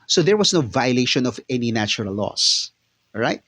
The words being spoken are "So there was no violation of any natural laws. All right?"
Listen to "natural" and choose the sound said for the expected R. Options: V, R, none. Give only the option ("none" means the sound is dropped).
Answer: none